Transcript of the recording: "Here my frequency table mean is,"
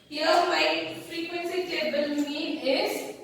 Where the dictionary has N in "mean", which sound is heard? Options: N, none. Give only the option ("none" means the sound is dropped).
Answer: none